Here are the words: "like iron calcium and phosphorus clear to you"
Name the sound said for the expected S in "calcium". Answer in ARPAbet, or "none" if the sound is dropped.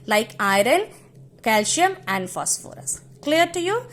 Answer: SH